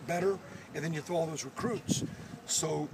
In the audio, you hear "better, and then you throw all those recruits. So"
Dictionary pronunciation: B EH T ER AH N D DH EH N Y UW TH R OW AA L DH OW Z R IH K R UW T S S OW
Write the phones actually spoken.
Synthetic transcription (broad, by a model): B EH T ER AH N DH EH N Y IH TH OW AA L DH OW Z R IH K R UW T S S OW